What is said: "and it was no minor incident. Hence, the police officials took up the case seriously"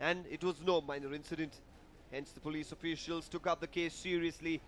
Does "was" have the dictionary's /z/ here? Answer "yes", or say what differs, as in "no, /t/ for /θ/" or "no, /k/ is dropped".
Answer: yes